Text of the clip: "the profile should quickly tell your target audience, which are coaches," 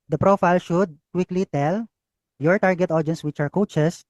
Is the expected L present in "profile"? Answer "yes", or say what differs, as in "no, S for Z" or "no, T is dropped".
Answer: yes